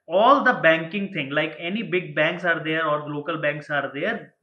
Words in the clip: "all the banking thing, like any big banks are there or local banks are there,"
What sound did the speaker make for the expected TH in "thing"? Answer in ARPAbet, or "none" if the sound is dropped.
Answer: T